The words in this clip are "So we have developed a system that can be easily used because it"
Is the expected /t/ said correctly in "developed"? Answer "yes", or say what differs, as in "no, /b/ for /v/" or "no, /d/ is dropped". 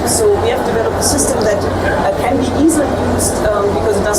no, /t/ is dropped